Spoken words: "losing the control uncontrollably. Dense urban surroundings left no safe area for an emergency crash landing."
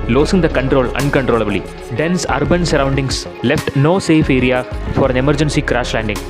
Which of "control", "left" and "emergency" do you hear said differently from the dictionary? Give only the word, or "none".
none